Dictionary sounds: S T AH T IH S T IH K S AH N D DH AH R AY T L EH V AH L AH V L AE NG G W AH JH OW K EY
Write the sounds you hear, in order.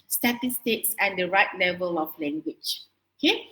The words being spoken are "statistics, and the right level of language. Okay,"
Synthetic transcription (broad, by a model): S T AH T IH S T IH K S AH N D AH R AY T L EH V AH L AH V L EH NG G W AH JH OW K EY